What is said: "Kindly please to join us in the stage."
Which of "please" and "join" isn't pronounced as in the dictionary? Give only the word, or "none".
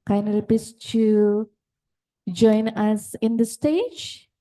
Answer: please